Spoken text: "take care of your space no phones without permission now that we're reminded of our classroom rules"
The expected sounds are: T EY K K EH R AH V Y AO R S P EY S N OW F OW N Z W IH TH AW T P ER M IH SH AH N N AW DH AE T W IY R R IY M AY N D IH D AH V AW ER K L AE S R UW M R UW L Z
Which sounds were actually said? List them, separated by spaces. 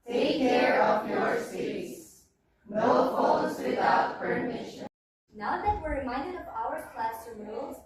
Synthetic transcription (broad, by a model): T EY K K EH R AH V Y AO R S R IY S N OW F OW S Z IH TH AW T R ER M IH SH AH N N AW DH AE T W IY R R IY M AY N D IH D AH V AW ER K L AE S AH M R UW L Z